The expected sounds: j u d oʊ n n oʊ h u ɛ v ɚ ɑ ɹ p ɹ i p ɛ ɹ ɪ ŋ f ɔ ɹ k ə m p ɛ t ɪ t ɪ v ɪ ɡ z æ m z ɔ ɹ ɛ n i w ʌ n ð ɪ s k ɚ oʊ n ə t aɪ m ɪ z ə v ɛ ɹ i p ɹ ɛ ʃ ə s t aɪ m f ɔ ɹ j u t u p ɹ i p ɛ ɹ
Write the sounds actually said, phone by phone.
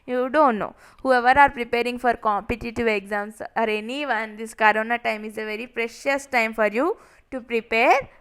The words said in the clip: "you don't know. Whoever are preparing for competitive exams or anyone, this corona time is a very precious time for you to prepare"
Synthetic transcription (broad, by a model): j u d oʊ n n oʊ h u ɛ v ɚ ɑ ɹ p ɹ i p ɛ ɹ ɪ ŋ f ɔ ɹ k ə m p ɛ t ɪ t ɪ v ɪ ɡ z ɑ m s ɔ ɹ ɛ n i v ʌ n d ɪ s k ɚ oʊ n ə t aɪ m ɪ z ə v ɛ ɹ i p ɹ ɛ ʃ ə s t aɪ m f ɔ ɹ j u t u p ɹ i p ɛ ɹ